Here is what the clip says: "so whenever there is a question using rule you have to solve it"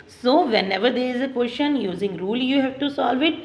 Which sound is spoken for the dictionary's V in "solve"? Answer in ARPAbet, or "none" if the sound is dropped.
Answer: V